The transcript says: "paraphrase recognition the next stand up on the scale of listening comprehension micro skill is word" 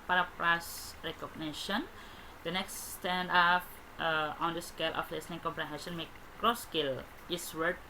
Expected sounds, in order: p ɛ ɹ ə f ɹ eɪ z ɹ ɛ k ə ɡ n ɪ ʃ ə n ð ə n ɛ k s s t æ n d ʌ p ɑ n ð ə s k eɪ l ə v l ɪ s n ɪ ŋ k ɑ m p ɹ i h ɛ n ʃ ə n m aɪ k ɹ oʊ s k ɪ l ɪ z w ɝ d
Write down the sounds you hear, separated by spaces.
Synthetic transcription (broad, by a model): p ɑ ɹ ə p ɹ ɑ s ɹ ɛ k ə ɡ n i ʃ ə n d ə n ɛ k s s t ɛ n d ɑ f ɑ n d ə s k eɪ l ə f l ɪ s n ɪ ŋ k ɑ m p ɹ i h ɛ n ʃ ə n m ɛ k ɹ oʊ s k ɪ l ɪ s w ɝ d